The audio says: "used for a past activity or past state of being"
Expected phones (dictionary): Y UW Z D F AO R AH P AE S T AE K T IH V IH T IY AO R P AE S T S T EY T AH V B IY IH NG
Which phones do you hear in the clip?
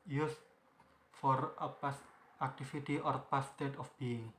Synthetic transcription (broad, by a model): Y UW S F AO R AH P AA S AE K T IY F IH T IY AO R P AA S S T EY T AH F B IY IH NG